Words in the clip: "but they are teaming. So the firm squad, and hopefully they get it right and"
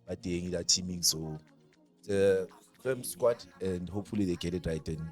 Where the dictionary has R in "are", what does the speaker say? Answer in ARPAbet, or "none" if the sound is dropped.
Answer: L